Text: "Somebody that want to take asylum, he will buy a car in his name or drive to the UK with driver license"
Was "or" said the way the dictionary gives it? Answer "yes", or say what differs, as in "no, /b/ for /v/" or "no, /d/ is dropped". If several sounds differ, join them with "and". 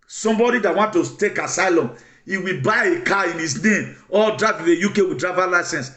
no, /l/ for /ɹ/